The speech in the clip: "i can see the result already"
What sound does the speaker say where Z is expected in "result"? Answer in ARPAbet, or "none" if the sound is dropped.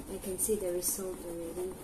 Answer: S